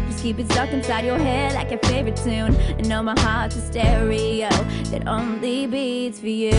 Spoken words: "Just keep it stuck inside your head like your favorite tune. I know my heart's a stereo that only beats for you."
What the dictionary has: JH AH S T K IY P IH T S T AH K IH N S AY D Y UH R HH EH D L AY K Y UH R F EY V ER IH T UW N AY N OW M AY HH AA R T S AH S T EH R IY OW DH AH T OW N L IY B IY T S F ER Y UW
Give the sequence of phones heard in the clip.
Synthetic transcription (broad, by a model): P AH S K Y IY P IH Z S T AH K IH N S AY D Y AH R HH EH L AY K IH F EY V ER IH T UW N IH N OW M AY HH AA R T AH S T EH R IY OW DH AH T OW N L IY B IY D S F ER Y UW